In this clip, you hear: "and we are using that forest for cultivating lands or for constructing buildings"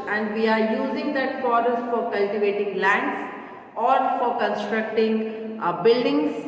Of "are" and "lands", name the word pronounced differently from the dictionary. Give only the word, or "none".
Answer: lands